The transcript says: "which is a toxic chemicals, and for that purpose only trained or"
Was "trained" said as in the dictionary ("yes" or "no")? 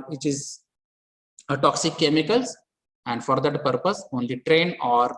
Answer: no